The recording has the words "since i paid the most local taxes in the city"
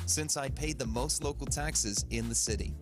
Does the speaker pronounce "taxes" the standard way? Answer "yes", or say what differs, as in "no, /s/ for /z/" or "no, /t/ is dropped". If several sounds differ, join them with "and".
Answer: yes